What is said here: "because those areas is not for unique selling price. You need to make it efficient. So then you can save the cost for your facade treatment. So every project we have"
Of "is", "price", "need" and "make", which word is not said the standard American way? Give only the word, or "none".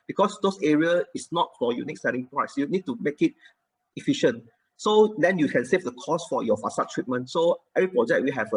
is